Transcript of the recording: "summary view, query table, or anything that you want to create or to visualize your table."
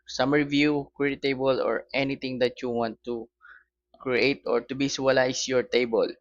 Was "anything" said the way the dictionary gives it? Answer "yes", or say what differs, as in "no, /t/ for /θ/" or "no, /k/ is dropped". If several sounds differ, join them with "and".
no, /t/ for /θ/